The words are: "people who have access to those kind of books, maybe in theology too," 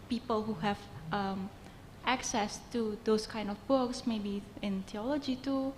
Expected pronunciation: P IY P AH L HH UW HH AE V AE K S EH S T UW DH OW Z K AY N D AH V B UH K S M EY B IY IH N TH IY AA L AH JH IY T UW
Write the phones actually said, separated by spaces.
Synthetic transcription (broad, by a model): P IY P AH L HH UW HH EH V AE K S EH S T UW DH OW S K AY N D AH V B UH K S M EY B IY IH N T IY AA L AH JH IY T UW